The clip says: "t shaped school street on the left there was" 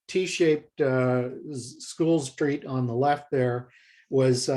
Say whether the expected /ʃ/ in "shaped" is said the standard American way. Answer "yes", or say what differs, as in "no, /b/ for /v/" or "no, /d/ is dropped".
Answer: yes